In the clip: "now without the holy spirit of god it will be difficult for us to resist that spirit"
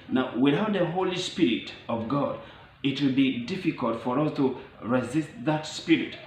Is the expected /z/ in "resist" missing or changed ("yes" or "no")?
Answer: no